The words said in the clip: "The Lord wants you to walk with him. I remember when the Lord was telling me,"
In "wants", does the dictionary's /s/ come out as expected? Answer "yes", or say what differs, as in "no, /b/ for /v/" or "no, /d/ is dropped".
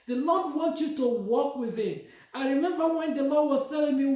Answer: no, /s/ is dropped